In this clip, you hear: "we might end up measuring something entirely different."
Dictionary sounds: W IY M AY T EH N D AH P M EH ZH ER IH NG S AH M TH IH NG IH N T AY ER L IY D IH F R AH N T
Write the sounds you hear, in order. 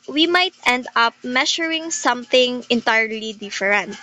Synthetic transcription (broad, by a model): W IY M AY T EH N D AH P M EH SH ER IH NG S AH M TH IH NG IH N T AY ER L IY D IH F R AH N T